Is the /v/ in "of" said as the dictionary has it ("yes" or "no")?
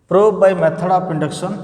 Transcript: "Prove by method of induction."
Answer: no